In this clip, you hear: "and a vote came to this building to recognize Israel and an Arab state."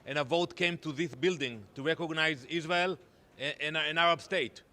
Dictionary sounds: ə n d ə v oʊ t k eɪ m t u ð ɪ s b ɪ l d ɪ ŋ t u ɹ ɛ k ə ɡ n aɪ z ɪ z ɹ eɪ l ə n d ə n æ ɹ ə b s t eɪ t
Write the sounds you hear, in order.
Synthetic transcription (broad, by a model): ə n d ə v oʊ t k eɪ m t u ð ɪ s b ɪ l d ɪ ŋ t u ɹ ɛ k ə ɡ n aɪ z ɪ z ɹ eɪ l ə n ə n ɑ ɹ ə b s t eɪ t